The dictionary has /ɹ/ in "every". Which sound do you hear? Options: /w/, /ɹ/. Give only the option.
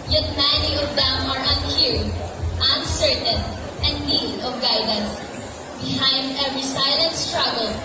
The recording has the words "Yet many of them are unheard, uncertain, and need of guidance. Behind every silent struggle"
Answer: /ɹ/